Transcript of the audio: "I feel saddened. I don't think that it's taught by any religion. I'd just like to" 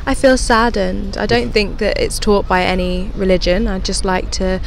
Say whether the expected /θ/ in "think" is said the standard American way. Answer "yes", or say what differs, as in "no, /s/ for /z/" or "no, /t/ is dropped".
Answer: yes